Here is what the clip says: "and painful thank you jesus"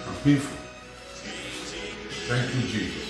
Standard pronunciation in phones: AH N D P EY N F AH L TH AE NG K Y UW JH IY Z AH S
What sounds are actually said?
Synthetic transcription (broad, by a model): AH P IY F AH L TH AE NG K Y UW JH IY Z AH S